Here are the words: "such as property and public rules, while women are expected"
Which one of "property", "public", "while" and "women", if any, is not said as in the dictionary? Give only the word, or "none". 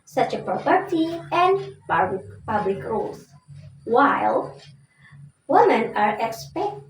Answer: none